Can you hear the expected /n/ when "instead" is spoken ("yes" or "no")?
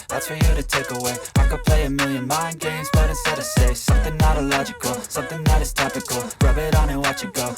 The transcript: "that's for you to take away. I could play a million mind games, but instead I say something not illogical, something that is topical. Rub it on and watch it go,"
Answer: no